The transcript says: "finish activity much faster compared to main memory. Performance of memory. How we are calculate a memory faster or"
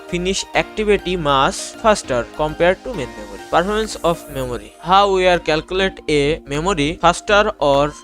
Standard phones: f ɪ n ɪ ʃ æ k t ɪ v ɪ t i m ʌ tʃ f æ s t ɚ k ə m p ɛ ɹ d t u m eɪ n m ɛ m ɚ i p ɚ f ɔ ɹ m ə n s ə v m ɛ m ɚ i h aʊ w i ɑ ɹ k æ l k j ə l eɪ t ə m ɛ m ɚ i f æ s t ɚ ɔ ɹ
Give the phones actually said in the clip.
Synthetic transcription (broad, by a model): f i n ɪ ʃ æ k t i b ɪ t i m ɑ s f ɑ s t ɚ k ə m p ɛ ɹ d t u m eɪ n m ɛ m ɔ i p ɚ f ɔ ɹ m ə n s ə f m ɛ m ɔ i h aʊ w i ɑ ɹ k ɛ l k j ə l eɪ t ə m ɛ m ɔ i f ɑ s t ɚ ɔ ɹ